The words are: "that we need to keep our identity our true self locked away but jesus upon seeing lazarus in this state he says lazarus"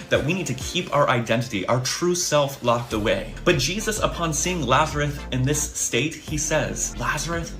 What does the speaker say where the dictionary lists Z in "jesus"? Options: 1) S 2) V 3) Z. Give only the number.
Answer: 3